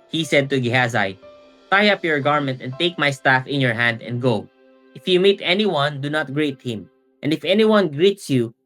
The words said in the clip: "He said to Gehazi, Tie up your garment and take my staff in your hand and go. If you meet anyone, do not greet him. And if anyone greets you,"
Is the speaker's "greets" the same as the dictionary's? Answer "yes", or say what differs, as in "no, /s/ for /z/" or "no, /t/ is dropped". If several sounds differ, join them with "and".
yes